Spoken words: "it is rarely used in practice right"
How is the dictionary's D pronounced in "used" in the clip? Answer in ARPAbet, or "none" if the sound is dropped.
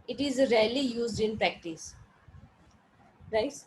D